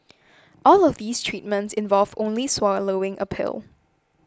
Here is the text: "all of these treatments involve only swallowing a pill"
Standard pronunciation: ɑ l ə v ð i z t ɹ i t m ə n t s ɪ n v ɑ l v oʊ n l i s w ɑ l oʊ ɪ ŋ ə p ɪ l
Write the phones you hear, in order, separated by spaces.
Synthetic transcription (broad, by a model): ɑ l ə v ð i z t ɹ i t m ə n t s ɪ n v ɑ l v oʊ n l i s w ɑ l oʊ ɪ ŋ ə p ɪ l